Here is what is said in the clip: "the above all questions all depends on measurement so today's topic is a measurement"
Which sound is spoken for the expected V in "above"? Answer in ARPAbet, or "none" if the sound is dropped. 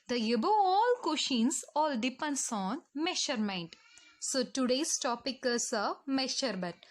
none